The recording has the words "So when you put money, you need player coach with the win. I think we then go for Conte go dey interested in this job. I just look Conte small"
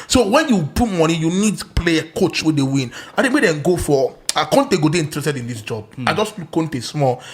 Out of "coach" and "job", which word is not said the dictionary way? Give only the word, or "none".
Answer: none